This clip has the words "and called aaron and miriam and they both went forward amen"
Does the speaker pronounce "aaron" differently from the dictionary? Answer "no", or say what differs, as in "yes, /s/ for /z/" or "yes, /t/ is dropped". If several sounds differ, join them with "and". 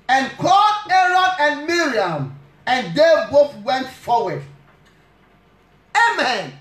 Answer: no